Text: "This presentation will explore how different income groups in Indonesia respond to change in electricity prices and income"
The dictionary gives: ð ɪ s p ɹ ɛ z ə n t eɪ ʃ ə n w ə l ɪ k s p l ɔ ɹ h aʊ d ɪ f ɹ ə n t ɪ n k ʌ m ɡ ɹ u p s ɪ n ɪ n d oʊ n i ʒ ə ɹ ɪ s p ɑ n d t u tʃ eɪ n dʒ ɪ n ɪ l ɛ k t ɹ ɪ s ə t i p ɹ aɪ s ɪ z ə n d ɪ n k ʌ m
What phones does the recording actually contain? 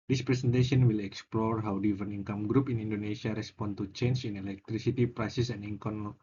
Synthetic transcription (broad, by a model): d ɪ s p ɹ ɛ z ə n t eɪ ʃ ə n w ə l ɪ k s p l ɔ ɹ h aʊ d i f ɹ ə n i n k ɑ m ɡ ɹ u p ɪ n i n d oʊ n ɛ s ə ɹ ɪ s p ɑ n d t u tʃ eɪ n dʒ ɪ n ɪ l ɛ k t ɹ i s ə t i p ɹ aɪ s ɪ s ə n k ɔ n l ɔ